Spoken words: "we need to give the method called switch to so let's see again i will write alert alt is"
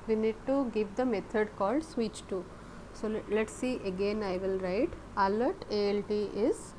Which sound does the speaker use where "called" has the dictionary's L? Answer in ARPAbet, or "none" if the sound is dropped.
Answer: L